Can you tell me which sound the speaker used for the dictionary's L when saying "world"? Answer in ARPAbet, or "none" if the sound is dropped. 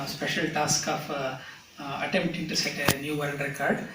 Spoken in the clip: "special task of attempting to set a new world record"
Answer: N